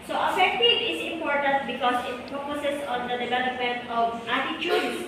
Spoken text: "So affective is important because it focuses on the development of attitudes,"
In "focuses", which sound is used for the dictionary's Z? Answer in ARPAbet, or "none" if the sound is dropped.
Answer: S